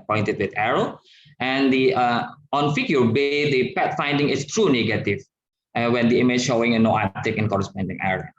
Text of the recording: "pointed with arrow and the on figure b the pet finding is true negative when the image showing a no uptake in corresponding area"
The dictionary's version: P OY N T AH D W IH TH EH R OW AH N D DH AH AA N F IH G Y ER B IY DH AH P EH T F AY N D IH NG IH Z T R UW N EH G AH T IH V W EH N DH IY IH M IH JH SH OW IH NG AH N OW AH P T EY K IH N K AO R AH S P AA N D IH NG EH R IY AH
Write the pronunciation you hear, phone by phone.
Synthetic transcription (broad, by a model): P OY N T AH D W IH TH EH R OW AH N D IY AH AA N F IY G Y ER B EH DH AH P EH T F AY N D IH NG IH S T R UW N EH G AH T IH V W EH N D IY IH M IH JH SH OW IH NG AH N OW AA T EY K IH N K AO R AH S P AA N D IH NG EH R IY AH